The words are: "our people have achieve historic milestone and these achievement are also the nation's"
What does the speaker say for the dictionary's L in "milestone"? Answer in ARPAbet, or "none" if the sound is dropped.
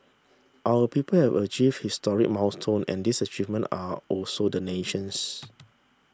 none